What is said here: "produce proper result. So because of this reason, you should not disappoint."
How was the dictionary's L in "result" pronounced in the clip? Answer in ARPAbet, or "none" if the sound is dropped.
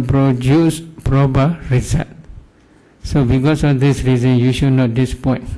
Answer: none